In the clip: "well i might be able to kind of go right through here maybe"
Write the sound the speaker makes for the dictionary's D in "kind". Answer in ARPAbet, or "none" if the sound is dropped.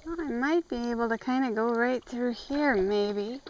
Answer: D